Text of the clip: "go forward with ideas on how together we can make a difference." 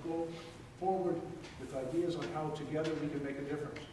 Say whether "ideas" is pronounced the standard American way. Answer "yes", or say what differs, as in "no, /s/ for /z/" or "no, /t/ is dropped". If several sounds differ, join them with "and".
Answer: yes